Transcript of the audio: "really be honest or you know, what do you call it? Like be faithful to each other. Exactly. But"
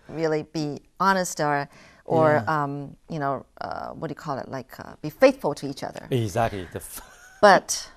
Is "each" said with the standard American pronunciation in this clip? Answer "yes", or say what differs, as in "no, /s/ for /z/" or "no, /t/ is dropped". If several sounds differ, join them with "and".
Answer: yes